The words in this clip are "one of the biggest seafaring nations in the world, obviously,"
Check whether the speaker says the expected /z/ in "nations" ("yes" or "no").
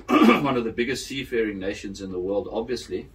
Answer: yes